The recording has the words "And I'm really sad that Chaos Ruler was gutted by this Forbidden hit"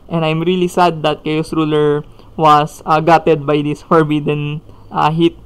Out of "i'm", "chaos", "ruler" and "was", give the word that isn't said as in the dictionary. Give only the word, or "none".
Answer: was